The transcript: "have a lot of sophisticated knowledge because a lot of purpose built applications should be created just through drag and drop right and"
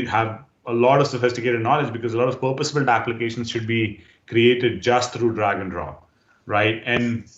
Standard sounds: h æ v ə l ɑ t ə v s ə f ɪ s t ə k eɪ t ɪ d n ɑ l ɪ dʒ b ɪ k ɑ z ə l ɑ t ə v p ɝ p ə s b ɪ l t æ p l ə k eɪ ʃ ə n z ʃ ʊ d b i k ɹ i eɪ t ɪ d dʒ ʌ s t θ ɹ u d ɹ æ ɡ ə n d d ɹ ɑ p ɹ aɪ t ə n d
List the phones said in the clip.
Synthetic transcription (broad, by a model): h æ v ə l ɑ t ə v s ə f ɪ s t ə k eɪ t ɪ d n ɑ l ɪ dʒ b ɪ k ɑ z ə l ɑ t ə v p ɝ p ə s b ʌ l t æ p l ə k eɪ ʃ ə n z ʃ ʊ d b i k ɹ i eɪ t ɪ d dʒ ʌ s t t ɹ u d ɹ æ ɡ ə n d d ɹ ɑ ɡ ɹ aɪ t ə n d